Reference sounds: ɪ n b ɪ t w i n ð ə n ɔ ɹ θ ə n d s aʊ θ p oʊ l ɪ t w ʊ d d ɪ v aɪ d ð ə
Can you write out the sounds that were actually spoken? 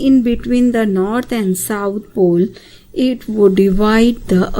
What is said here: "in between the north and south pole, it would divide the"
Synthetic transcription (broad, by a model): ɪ n b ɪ t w i n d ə n ɔ ɹ t ə n d s aʊ t p oʊ l ɪ t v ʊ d d ɪ v aɪ d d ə